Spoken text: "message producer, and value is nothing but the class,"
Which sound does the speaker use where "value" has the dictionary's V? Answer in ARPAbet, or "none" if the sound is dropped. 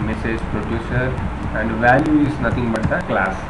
V